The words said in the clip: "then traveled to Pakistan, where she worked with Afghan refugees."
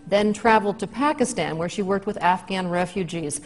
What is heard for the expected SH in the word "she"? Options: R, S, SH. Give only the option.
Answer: SH